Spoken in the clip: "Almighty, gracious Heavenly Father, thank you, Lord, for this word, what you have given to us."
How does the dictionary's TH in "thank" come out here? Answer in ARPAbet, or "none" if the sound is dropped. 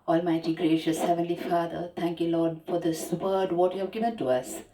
T